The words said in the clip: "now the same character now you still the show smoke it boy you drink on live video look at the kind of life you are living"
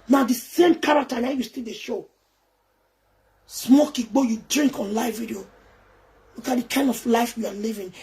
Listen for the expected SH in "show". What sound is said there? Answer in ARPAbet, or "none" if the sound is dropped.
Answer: SH